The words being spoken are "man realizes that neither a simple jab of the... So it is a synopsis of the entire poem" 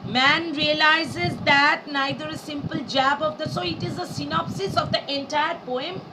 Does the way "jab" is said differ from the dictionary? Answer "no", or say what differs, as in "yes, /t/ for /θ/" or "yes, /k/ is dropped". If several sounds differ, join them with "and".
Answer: no